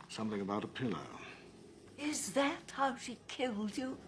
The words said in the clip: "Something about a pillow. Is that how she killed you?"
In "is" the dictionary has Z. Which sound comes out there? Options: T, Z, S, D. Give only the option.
Z